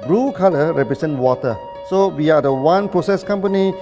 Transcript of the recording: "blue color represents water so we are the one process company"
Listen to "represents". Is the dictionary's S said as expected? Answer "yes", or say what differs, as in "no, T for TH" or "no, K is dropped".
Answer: no, S is dropped